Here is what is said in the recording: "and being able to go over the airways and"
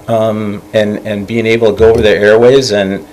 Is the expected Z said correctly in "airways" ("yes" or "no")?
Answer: yes